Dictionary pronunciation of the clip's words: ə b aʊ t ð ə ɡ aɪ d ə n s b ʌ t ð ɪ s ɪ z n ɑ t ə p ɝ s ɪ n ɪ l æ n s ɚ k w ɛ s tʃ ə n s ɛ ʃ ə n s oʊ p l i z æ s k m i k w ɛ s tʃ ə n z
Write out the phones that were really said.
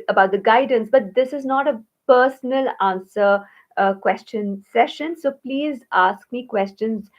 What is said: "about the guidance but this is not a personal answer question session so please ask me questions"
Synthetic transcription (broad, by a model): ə b aʊ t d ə ɡ aɪ d ə n s b ʌ t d ɪ s ɪ z n ɑ t ə p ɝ s n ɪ l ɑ n s ɚ k w ɛ s tʃ ə n s ɛ ʃ ə n s oʊ p l i z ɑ s k m i k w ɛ s tʃ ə n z